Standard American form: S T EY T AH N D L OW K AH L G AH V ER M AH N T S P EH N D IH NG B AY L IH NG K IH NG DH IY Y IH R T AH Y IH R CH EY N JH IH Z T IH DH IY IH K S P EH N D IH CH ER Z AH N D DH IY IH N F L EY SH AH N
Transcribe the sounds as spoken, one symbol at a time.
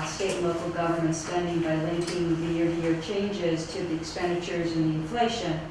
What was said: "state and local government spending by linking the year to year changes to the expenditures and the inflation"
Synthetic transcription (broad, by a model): S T EY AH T L OW K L G AH V ER M AH N T S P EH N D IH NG B AY L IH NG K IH NG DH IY Y IH R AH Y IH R CH EY N JH IH Z T IH DH IY IH K S P EH N D IH CH ER Z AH N DH IY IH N F L EY SH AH N